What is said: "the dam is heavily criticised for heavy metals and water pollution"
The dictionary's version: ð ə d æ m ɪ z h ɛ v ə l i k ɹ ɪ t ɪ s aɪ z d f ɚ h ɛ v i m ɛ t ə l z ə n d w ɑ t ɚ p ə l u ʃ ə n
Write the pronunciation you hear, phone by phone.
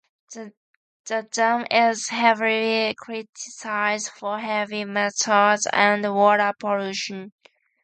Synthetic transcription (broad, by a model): ð ə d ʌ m ɪ z h ɛ v ə l i k ɹ ɪ t ɪ s aɪ z d f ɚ h ɛ v i m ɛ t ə z ə n d w ɑ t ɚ p ə l u ʃ ə n